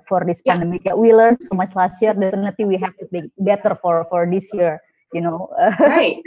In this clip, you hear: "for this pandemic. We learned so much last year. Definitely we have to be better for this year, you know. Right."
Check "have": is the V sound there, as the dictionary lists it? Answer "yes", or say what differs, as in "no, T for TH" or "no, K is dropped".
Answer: no, F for V